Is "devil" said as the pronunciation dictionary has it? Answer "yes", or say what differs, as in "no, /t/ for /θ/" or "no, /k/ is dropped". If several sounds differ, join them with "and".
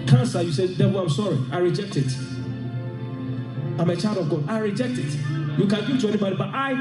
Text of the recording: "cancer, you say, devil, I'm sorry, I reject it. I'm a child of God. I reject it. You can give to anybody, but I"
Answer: no, /w/ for /v/